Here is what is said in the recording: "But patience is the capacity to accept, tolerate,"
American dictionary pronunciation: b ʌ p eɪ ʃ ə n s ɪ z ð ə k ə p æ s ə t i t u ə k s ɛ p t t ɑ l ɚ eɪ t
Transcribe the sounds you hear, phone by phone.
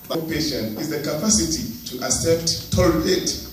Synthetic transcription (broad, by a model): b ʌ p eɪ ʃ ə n ɪ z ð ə k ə p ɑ s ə t i t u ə s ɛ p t t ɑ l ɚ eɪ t